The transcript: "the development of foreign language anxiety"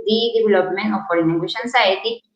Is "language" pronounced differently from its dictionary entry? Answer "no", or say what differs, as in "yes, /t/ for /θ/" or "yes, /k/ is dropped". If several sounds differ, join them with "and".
yes, /ʃ/ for /dʒ/